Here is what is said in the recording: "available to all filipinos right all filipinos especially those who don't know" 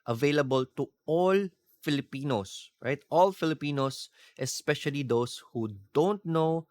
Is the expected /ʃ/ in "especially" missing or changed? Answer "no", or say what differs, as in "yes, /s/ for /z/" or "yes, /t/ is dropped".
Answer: no